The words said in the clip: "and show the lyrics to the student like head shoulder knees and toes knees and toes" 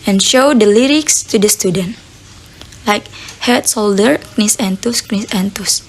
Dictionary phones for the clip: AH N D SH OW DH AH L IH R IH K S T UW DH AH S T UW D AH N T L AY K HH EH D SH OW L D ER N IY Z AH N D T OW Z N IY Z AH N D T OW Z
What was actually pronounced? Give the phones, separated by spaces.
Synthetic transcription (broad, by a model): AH N SH OW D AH L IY R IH K S T UW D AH S T UW D AH N T L AY K HH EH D S OW L D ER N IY S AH N T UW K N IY S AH N T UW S